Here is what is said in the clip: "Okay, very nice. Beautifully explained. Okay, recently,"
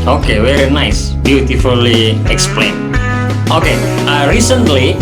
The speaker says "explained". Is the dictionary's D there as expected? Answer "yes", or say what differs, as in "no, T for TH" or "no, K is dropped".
no, D is dropped